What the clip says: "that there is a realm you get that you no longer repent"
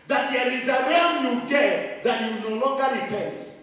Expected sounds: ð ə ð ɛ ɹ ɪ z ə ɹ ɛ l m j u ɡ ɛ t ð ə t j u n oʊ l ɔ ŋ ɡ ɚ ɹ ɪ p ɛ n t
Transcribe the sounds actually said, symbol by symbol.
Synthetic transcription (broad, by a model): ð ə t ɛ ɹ ɪ z ə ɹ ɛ m j u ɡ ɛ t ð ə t j u n oʊ l ɔ ŋ ɡ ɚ ɹ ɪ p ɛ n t